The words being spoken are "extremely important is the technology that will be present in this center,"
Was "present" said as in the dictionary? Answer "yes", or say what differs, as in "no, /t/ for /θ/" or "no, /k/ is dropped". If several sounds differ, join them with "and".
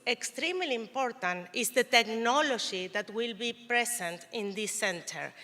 no, /s/ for /z/